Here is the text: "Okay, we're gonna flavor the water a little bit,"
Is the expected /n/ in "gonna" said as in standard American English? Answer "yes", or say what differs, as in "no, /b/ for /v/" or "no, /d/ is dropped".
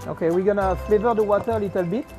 yes